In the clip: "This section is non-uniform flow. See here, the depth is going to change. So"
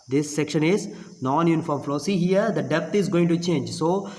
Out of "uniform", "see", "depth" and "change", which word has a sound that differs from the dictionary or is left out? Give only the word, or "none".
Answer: depth